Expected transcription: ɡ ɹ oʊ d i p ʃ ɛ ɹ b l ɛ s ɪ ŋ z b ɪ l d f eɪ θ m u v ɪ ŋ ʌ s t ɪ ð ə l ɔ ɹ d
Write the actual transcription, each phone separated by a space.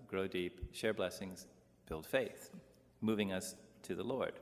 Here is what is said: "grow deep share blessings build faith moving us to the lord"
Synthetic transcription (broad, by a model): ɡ ɹ oʊ d i p ʃ ɛ ɹ b l ɛ s ɪ ŋ z b ɪ l d f eɪ θ m u v ɪ ŋ ʌ s t ɪ ð ə l ɔ ɹ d